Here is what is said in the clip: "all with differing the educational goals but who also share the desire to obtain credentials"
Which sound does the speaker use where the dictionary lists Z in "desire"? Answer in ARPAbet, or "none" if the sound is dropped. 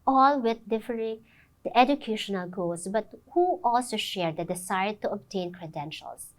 S